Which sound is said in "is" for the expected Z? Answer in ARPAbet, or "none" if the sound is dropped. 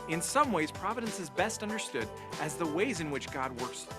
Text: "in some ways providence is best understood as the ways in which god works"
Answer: Z